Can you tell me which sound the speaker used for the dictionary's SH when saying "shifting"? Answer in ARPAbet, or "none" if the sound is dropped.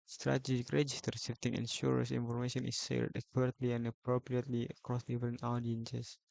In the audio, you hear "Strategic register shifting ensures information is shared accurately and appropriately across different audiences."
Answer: S